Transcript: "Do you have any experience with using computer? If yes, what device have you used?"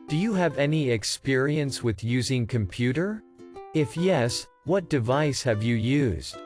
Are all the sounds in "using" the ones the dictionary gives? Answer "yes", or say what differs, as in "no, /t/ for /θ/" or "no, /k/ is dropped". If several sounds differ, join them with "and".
yes